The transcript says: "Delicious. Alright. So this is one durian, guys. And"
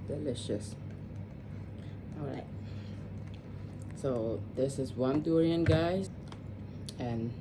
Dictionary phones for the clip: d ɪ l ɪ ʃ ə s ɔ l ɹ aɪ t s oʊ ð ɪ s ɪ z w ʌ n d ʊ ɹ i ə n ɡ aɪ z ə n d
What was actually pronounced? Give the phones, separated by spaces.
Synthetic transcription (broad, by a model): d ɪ l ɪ ʃ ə s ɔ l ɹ aɪ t s oʊ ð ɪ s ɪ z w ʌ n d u ɹ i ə n ɡ aɪ ə n